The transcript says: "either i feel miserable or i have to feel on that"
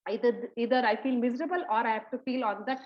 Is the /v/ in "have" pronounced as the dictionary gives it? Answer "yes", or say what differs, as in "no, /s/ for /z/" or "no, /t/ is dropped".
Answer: no, /p/ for /v/